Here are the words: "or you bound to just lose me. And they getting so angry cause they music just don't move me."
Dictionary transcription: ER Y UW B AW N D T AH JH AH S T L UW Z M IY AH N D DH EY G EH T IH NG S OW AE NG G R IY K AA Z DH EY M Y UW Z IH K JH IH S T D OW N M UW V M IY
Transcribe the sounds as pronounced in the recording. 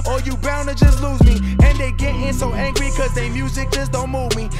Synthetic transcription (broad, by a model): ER Y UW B AW N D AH JH AH S T L UW Z M IY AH N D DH EY G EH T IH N S OW AE NG G R IY K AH Z DH EY M Y UW Z IH K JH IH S D OW N M UW V M IY